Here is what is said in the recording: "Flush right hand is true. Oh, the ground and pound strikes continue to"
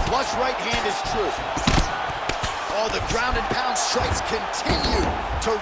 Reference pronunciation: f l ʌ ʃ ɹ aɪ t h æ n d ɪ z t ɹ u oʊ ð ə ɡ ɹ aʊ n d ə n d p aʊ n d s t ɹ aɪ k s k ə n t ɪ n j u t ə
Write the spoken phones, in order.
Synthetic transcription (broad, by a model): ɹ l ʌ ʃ ɹ aɪ t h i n ɪ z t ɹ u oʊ ð ə ɡ ɹ aʊ n d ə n p aʊ n d s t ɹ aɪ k s k ə n t ɪ n j u t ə